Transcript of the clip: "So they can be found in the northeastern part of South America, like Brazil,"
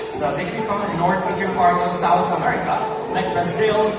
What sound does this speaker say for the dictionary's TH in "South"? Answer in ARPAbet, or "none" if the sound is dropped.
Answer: TH